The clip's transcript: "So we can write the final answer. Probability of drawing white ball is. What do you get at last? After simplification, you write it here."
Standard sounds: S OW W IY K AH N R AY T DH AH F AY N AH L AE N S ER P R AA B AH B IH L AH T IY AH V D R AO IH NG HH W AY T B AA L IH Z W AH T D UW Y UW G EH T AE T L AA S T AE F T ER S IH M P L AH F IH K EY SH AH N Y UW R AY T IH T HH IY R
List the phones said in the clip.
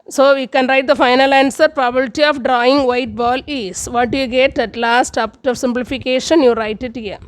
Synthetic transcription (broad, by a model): S OW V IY K AH N R AY T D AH F AY N AH L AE N S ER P R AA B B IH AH T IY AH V D R AO IH NG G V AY T B AA L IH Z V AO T D UW Y UW G EH T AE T L AA S T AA P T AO S IH M P L AH F IH K EY SH AH N Y UW R AY T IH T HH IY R